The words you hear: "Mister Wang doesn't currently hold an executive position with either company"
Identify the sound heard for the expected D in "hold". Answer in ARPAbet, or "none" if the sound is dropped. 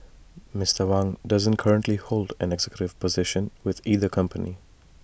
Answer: D